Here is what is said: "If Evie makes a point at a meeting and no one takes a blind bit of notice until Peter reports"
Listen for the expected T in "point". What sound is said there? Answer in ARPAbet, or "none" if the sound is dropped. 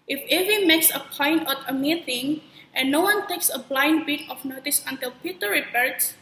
none